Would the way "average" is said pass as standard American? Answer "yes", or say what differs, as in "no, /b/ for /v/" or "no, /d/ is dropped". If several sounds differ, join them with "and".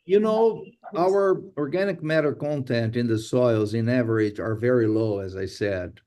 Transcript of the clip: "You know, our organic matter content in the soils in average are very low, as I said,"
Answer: yes